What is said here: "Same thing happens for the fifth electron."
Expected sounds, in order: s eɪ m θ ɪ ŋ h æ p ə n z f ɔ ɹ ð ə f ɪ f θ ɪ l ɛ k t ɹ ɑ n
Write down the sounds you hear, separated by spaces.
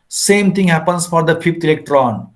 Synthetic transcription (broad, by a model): s eɪ m t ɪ ŋ h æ p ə n s f ɔ ɹ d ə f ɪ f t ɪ l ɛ k t ɹ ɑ n